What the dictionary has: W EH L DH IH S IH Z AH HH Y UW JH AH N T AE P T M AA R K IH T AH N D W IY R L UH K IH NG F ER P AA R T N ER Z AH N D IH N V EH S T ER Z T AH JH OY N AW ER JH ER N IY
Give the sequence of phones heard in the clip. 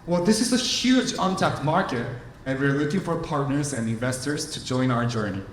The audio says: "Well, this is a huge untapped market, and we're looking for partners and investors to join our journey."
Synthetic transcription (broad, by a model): W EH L DH IH S IH Z AH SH Y UW JH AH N T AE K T M AA R K IH T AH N W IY R L UH K IH NG F ER P AA R T N ER Z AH N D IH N V EH S T ER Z T AH JH OY N AW ER JH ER N IY